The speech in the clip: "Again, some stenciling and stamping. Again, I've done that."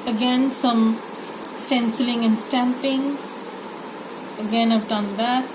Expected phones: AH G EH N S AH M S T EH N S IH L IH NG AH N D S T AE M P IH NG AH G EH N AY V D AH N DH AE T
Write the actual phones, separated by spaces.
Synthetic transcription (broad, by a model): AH G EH N S AH M S T EH N S IH L IH NG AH N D S T AE M P IH NG AH G EH N AY V D AH N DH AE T